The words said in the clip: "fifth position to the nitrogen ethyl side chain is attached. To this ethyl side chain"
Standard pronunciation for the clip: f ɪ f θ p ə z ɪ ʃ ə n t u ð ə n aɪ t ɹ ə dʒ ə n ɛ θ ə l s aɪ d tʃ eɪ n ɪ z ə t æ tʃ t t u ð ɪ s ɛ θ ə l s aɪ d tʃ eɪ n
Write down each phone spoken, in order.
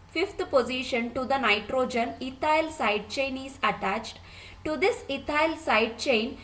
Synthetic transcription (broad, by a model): f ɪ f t p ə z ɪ ʃ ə n t u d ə n aɪ t ɹ ə dʒ ə n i t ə l s aɪ d tʃ eɪ n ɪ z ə t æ tʃ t t u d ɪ s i t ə l s aɪ d tʃ eɪ n